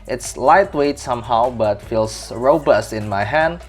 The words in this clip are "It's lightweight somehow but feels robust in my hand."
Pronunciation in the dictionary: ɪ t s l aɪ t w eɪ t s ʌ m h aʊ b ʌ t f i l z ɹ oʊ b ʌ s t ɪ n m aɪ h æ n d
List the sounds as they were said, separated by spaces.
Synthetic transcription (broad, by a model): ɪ t s l aɪ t w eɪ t s ʌ m h aʊ b ʌ t f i l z ɹ oʊ b ʌ s t ɪ n m aɪ h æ n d